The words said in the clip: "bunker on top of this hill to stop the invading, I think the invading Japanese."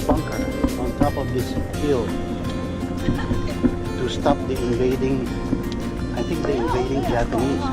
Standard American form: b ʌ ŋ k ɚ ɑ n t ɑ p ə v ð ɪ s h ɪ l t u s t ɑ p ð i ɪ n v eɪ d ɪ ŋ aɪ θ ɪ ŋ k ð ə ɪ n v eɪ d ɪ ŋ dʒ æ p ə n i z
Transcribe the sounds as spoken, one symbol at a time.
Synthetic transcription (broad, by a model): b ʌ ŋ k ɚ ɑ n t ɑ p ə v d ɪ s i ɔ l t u s t ɑ p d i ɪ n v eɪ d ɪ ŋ aɪ t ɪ ŋ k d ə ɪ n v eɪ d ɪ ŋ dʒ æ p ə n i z